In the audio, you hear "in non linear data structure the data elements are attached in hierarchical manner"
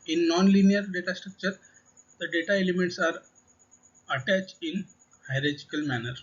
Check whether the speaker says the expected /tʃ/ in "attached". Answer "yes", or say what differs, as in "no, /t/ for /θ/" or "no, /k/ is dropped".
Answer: yes